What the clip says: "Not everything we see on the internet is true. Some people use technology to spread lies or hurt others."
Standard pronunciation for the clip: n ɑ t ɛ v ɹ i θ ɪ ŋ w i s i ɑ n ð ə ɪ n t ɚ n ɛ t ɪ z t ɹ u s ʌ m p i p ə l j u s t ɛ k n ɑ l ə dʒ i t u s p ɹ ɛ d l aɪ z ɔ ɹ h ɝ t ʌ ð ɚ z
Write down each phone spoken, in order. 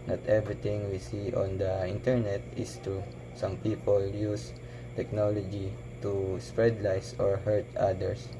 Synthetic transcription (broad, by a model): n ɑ t ɛ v ɹ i t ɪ ŋ w i s i ɑ n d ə ɪ n t ɚ n ɛ t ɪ s t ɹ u s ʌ m p i p ə l j u s t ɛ k n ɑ l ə dʒ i t u s p ɹ ɛ d l aɪ s ɔ ɹ h ɝ t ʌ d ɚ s